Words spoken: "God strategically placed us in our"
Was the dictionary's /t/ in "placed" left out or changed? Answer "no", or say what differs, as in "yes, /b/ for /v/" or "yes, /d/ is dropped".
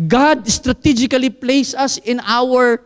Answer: yes, /t/ is dropped